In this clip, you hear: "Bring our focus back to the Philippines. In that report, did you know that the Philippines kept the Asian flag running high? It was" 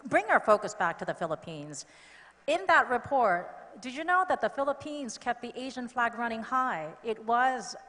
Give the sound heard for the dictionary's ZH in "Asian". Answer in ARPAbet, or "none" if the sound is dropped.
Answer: ZH